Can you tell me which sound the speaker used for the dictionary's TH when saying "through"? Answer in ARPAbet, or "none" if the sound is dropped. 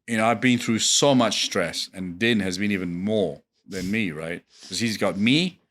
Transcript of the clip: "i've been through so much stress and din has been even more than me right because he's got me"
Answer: TH